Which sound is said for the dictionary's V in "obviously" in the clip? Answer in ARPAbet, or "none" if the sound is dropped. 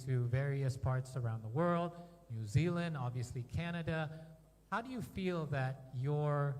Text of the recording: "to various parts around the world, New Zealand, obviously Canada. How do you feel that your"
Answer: V